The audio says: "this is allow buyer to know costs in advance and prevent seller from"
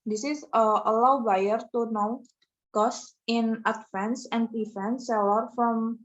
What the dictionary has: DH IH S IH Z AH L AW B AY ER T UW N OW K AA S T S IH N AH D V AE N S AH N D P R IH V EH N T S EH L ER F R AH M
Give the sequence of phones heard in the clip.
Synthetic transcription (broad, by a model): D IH S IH S AH L AW B AY ER T UW N OW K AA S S IH N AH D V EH N S AH N D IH F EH N S EH L ER F R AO M